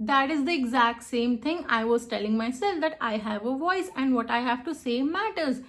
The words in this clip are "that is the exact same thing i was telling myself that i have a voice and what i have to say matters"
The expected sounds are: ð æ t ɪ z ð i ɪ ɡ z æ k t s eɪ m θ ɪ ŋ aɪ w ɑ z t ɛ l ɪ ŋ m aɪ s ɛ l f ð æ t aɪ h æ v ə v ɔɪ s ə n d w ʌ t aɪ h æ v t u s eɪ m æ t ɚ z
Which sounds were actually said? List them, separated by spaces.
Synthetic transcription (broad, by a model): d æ t ɪ z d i ɪ ɡ z æ k t s eɪ m t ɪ ŋ aɪ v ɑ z t ɛ l ɪ ŋ m aɪ s ɛ l f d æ t aɪ h æ v ə v ɔɪ s ə n d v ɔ t aɪ h æ v t u s eɪ m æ t ɚ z